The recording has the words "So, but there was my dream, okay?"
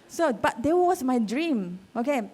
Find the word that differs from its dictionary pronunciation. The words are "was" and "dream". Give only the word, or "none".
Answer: was